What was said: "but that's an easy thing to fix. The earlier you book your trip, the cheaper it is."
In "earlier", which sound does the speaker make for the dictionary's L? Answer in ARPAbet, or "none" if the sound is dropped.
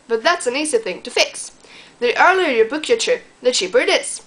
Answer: L